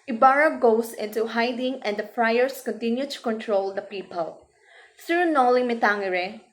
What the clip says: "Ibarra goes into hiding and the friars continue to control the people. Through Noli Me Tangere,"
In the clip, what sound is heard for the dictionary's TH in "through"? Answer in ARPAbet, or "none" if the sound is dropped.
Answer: S